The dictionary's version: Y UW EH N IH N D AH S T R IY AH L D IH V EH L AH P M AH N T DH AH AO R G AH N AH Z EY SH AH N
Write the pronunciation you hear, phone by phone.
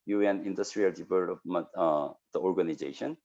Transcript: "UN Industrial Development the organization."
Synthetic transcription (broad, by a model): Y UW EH N IH N D AH S T R IY AH L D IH P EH AH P M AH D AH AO R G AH N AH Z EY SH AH N